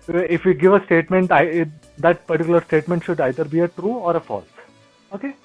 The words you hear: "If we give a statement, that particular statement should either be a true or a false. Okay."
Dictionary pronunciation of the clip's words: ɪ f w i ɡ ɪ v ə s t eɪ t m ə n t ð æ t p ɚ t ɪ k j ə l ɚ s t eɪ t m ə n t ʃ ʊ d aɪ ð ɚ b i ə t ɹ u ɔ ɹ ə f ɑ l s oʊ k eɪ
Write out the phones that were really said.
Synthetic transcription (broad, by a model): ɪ f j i ɡ ɪ v ə s t eɪ t m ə n t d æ t p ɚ t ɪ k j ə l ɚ s t eɪ t m ə n t ʃ ʊ d aɪ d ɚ b i ə t ɹ u ɔ ɹ ə f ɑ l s oʊ k eɪ